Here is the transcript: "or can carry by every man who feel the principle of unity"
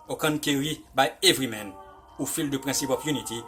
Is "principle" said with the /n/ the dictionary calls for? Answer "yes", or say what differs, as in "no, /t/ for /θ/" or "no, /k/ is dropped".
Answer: no, /n/ is dropped